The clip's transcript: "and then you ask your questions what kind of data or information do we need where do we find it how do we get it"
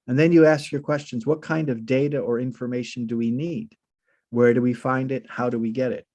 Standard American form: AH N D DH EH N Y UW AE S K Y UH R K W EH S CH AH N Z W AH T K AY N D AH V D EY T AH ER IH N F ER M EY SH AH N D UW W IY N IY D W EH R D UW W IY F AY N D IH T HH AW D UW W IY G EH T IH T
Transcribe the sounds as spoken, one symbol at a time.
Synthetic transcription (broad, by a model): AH N DH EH N Y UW AE S K Y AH R K W EH S CH AH N Z W AH T K AY N D AH V D EY T AH ER IH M F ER M EY SH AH N D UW W IY N IY D W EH R D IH W IY F AY N D IH T HH AW D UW W IY G EH T IH T